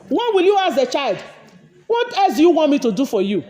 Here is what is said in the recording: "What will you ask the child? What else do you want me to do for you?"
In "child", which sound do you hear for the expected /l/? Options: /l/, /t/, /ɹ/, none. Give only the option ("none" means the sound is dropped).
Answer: /l/